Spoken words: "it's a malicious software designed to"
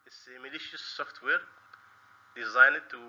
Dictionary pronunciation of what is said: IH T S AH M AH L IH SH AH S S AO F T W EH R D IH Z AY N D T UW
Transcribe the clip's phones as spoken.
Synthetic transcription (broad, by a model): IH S AH M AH L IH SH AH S S AO F T W EH R D IH Z AY N D T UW